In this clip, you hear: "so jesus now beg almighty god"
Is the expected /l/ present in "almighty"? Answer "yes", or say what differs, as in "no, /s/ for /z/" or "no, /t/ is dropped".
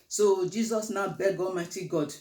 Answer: yes